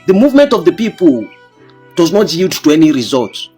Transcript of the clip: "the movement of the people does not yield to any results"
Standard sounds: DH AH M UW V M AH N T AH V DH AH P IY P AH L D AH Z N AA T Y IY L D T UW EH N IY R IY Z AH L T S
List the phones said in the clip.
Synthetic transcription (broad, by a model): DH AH M UW V M AH N T AH V DH AH P IY P AH L D AH Z N AA T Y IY D T UW EH N IY R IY Z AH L T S